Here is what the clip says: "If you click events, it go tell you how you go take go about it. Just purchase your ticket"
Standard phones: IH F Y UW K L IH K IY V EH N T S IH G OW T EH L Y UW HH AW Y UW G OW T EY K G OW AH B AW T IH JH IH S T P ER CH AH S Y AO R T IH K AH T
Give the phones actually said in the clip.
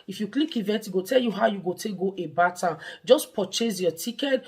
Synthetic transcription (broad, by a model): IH F Y UW K L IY K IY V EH T IH G OW T EH L Y UW HH AW Y UW G OW T EY K G OW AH B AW T IH JH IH S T P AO CH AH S Y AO T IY K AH T